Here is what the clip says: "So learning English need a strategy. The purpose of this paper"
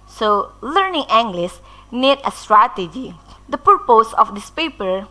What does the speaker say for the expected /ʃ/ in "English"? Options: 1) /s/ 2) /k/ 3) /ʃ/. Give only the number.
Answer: 1